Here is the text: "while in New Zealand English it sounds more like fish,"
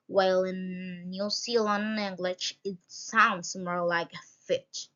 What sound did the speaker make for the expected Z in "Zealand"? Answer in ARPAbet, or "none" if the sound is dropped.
S